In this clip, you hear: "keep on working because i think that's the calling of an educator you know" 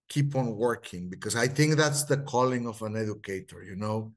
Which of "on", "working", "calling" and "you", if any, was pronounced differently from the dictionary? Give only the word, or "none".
none